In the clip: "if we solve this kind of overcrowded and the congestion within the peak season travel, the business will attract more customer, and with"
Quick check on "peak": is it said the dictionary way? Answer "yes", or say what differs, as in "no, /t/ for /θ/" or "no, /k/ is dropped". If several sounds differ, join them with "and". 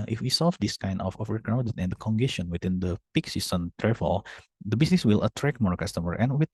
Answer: yes